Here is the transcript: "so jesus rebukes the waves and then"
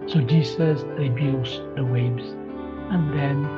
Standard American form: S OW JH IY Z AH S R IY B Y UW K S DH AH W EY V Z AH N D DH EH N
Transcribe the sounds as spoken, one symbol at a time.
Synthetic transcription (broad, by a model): S OW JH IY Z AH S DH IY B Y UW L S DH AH W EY B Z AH N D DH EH N